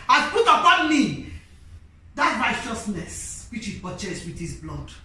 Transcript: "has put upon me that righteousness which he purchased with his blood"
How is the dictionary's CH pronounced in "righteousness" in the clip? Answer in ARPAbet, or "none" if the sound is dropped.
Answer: CH